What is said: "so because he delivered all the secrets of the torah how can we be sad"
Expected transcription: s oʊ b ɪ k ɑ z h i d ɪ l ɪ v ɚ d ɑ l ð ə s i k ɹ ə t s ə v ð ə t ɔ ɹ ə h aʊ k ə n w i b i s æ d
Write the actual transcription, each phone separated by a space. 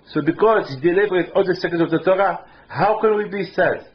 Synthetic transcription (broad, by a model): s oʊ b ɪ k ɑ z h i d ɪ l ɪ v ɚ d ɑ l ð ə s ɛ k ə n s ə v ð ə t ɔ ɹ ə h aʊ k ə n w i b i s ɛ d